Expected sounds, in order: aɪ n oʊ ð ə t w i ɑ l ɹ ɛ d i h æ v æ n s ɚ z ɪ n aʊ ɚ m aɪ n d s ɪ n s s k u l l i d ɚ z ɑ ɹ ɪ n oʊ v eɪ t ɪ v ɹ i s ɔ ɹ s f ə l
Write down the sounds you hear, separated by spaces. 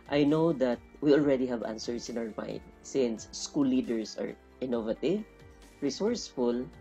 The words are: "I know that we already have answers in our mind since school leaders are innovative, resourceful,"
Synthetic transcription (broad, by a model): aɪ n oʊ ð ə t w i ɑ l ɹ ɛ d i h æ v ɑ n s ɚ s ɪ n aʊ ɚ m aɪ n d s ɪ n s s k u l l i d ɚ s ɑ ɹ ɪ n oʊ v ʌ t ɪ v ɹ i s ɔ ɹ s f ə l